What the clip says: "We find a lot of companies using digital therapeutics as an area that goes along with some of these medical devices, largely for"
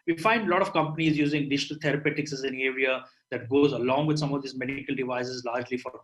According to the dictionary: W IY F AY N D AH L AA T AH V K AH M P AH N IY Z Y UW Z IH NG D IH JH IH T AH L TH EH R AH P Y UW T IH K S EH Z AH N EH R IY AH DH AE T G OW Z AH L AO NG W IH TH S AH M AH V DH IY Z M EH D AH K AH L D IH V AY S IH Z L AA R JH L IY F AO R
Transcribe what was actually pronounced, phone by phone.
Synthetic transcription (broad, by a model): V IY F AY N D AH L AA T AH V K AH M P AH N IY Z Y UW Z IH NG D IH JH IH T AH L T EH R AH P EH T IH K S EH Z AH N EH R IY AH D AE T G OW Z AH L AO NG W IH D S AH M AH V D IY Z M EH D K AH L D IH V AY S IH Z L AA R JH L IY F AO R